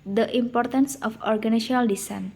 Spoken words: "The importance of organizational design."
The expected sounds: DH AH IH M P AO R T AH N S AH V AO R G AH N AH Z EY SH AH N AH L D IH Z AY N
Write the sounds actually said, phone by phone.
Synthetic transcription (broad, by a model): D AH IH M P AO R T AH N S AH F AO R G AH N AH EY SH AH N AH L D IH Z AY N